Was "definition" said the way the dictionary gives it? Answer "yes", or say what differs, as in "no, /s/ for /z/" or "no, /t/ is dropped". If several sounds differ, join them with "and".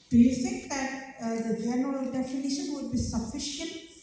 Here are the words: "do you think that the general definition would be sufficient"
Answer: yes